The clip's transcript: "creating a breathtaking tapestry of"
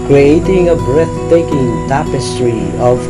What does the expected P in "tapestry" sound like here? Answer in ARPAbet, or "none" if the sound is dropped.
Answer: P